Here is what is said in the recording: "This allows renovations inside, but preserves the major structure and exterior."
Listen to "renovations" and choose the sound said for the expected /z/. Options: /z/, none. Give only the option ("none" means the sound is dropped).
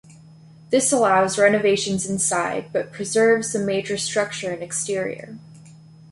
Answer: /z/